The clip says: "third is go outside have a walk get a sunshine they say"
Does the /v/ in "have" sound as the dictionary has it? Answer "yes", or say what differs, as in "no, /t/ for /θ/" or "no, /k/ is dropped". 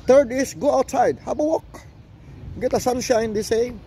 no, /b/ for /v/